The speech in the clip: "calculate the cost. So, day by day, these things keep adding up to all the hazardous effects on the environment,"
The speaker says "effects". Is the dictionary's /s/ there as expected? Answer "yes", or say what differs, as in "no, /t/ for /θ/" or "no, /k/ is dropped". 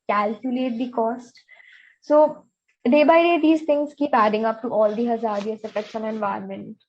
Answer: no, /ʃ/ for /s/